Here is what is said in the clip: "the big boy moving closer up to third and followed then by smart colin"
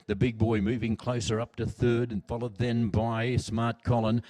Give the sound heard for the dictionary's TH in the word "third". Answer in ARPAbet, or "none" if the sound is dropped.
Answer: TH